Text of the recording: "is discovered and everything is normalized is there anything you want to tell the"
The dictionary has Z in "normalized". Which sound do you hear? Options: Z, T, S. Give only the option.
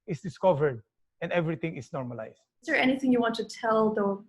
S